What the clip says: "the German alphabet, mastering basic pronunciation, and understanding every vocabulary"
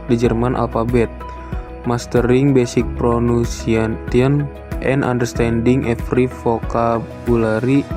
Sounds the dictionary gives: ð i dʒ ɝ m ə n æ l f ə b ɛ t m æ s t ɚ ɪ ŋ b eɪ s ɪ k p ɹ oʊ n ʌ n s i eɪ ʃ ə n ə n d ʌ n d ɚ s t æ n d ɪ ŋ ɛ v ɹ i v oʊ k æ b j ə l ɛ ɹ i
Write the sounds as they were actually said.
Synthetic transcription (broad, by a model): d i dʒ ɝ m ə n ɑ l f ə b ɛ t m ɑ s t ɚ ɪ ŋ b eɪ s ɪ k p ɹ oʊ n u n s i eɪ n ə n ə n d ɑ n d ɚ s t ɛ n d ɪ ŋ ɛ f ɹ i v oʊ k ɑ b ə l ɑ ɹ i